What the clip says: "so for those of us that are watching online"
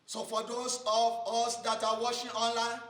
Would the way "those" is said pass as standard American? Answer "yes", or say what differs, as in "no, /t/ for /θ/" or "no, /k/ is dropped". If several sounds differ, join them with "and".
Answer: no, /s/ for /z/